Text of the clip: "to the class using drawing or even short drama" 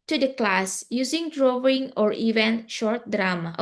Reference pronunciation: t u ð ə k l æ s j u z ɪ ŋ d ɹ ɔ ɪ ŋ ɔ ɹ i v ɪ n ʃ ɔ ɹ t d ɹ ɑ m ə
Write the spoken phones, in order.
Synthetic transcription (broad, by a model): t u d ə k l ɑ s j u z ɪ ŋ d ɹ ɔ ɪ ŋ ɔ ɹ i v ɪ n ʃ ɔ ɹ t d ɹ ɑ m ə